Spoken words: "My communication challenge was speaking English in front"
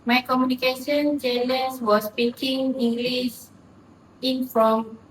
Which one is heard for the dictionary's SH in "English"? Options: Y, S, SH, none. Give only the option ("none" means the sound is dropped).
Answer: S